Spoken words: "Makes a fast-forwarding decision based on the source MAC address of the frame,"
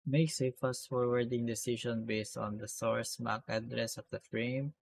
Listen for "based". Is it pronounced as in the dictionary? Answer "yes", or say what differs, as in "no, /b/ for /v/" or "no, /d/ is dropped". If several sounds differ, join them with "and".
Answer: yes